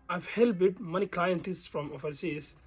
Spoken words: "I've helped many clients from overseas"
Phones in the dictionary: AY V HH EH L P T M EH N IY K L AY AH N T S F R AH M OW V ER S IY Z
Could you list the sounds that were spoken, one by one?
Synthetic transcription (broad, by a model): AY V HH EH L B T M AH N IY K L AY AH N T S F R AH M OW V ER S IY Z